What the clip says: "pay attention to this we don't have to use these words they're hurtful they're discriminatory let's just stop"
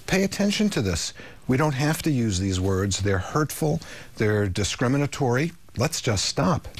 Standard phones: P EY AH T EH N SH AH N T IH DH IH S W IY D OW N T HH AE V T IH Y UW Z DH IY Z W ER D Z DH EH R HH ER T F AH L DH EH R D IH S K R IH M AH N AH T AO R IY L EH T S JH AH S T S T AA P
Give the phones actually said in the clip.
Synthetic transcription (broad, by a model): P EY AH T EH N SH AH N T IH DH IH S W IY D OW N T HH AE F T IH Y UW Z DH IY Z W ER D Z DH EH R HH ER T F L DH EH R D IH S K R IH M AH N AH T AO R IY L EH T S JH AH S T S T AA P